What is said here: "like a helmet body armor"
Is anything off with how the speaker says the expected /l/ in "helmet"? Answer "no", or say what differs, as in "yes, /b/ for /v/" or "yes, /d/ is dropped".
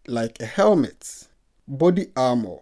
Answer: no